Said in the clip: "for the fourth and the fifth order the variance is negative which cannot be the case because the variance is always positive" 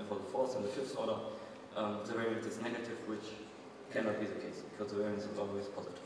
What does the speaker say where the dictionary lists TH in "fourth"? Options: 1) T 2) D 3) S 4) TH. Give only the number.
3